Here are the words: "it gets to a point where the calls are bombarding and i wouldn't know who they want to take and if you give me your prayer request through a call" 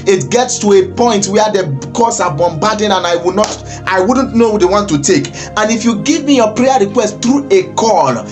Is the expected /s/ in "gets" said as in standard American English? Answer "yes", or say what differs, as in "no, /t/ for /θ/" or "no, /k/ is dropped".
yes